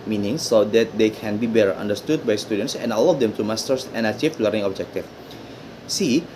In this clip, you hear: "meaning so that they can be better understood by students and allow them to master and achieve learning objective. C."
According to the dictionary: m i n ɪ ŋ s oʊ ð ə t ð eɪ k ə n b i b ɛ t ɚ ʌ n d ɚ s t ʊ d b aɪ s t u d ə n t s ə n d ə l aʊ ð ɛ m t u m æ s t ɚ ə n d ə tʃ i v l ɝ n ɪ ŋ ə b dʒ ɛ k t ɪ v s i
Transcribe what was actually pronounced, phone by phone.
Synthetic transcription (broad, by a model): m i n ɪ ŋ s oʊ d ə t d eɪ k ə n b i b ɛ t ɚ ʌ n d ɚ s t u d b aɪ s t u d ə n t s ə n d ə l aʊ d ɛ m t u m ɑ s t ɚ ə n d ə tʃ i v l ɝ ɪ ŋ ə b dʒ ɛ k t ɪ f s i